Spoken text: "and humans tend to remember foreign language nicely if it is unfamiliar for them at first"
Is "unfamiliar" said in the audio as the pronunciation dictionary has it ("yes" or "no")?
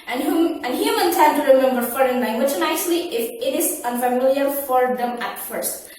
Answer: yes